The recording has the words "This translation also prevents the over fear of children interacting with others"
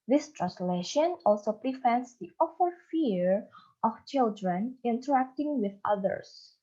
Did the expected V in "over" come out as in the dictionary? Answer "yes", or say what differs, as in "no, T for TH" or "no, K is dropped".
no, F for V